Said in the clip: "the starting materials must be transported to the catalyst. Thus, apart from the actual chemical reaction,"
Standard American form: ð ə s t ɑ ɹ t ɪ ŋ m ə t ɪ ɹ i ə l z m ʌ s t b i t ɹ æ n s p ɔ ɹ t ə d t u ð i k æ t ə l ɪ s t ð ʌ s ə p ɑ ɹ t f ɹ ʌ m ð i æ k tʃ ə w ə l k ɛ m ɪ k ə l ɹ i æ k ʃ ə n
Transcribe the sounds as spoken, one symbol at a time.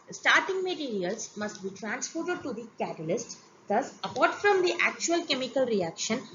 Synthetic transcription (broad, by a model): s t ɑ ɹ t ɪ ŋ m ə t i ɹ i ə l s m ʌ s t b i t ɹ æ n s f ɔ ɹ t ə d t u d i k æ t ə l ɪ s t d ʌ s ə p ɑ ɹ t f ɹ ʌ m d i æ k tʃ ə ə l k ɛ m ɪ k ə l ɹ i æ k ʃ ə n